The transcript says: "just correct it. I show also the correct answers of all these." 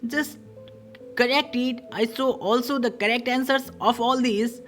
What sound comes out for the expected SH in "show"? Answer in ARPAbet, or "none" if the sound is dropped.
S